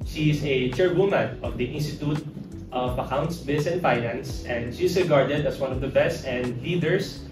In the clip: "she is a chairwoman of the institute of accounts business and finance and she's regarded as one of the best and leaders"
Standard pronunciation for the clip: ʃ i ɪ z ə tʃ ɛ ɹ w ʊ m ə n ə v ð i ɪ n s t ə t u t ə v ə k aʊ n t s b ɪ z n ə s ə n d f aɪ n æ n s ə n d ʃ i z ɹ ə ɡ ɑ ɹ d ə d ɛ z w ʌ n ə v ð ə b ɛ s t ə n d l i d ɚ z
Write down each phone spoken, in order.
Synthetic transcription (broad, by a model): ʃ i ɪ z ə tʃ ɛ ɹ w ʊ m ə n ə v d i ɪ n s t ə t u t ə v ə k aʊ n t s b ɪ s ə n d f aɪ n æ n s ə n d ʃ i s ɹ ə ɡ ɑ ɹ d ə d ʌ s w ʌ n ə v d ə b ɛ s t ə n d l i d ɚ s